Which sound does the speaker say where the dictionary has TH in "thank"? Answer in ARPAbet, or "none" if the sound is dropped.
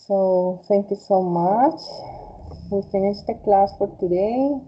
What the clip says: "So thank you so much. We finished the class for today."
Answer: T